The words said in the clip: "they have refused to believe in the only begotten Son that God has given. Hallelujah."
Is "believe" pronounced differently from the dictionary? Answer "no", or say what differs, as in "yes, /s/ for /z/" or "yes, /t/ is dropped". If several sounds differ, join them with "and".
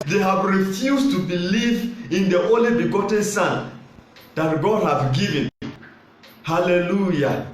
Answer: no